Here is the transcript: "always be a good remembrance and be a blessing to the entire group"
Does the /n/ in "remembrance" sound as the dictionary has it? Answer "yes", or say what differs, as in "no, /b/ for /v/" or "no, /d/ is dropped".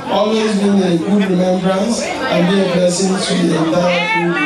yes